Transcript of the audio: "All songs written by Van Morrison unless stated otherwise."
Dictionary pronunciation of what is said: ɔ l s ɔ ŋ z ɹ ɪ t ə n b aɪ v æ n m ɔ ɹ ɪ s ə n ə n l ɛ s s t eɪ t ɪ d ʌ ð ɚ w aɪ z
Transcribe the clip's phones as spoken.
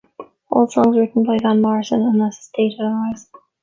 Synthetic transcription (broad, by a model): ɔ l s ɔ ŋ z ɹ ɪ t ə n b aɪ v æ n m ɔ ɹ ɪ s ə n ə n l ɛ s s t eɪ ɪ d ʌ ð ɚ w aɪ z